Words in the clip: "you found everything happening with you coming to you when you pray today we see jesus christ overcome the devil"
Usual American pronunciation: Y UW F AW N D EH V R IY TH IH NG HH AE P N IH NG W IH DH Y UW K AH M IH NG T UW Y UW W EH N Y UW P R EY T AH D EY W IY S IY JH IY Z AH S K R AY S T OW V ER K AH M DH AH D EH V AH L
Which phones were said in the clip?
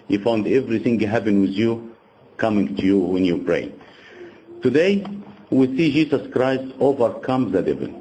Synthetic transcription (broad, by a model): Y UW F AW N D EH V R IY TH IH NG HH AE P IH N W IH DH Y UW K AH M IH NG T UW Y UW W EH N Y UW P R EY T AH D EY W IY S IY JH IY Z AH S K R AY S T OW V ER K AH M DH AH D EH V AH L